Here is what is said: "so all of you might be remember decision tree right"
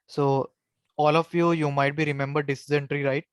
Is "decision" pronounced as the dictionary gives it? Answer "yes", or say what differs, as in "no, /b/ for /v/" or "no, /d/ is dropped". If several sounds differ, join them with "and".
no, /z/ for /ʒ/